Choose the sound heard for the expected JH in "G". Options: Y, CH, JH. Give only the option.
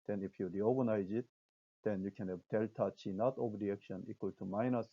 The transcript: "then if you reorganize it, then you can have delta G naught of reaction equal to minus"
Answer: CH